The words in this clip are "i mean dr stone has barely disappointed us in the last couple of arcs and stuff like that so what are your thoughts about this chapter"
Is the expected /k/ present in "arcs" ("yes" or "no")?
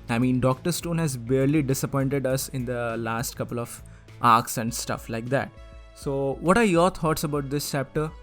yes